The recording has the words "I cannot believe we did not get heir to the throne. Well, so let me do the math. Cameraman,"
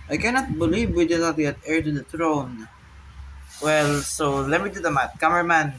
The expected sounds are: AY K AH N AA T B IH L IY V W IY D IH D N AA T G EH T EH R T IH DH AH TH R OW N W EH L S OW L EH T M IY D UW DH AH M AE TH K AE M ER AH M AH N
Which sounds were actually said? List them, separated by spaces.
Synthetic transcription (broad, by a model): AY K AH N AA T B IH L IY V W IY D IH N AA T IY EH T EH R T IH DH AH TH R OW N W EH L S OW L EH T M IY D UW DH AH M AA T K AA M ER M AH N